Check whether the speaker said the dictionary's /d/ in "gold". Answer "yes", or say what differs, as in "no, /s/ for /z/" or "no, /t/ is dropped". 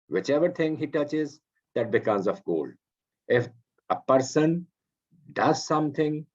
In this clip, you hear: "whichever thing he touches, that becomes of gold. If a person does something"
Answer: no, /d/ is dropped